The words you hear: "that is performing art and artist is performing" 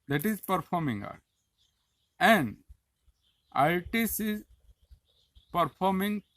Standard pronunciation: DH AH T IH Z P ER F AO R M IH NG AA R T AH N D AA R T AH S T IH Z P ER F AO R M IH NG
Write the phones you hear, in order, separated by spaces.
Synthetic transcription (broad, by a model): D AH T IH Z P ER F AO R M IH NG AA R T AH N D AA L T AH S IH Z P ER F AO R M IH NG